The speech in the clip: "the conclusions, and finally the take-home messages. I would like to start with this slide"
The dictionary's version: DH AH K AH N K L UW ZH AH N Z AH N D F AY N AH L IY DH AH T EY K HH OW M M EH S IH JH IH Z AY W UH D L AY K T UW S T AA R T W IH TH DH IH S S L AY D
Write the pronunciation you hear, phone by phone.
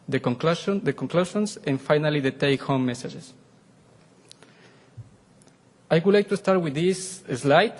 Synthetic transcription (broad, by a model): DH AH K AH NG K L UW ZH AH N S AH N F AY N AH L IY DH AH T EY K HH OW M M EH S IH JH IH S AY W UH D L AY K T UW S T AA R T W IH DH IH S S L AY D